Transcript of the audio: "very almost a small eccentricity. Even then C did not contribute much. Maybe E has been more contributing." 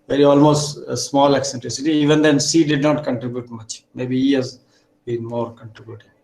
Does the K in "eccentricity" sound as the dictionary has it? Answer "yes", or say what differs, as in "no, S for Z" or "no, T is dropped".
yes